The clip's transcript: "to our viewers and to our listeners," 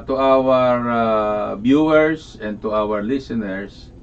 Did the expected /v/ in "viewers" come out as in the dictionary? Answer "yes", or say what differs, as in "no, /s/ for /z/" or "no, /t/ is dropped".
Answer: no, /b/ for /v/